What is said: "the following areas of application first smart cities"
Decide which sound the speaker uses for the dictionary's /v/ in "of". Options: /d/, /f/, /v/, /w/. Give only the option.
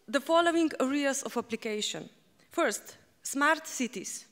/f/